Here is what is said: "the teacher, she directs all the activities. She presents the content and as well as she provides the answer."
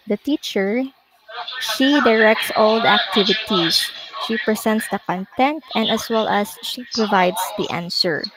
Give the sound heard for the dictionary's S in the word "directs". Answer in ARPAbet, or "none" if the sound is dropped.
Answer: S